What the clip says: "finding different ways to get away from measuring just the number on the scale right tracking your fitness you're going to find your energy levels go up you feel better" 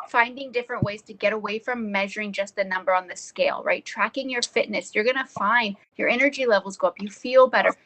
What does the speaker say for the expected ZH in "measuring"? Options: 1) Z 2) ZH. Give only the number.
2